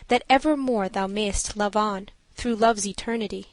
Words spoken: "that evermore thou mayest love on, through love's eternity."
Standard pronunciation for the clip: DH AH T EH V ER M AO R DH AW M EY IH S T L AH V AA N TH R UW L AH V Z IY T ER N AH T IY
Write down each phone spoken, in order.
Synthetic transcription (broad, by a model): DH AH T EH V ER M AO R DH AW M EY IH S T L AH V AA N TH R UW L AH V Z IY T ER N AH T IY